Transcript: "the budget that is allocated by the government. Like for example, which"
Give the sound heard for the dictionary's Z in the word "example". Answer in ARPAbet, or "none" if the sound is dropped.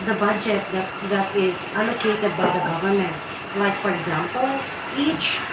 Z